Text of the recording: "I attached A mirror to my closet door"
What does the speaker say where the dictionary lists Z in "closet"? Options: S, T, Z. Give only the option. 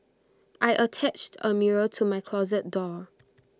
Z